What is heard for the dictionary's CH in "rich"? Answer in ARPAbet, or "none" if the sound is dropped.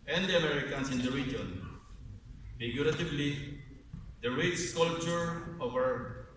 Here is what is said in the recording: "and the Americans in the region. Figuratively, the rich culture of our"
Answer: S